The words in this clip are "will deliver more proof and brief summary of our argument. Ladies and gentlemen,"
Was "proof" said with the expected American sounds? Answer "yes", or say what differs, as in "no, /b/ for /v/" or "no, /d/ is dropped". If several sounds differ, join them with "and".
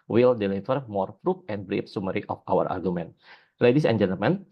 no, /p/ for /f/